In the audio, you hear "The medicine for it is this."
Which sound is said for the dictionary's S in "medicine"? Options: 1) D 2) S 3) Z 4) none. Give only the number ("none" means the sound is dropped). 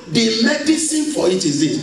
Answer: 2